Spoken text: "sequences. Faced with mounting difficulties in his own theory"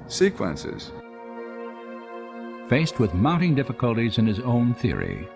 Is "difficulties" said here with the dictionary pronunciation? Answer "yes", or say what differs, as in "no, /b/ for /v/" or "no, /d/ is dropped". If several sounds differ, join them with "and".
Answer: yes